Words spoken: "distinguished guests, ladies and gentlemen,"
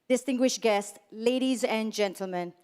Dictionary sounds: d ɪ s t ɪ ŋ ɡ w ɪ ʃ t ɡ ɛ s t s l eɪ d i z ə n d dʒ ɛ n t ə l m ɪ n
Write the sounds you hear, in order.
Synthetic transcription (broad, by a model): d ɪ s t ɪ ŋ ɡ w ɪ ʃ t ɡ ɛ s t s l eɪ d i z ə n dʒ ɛ n t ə l m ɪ n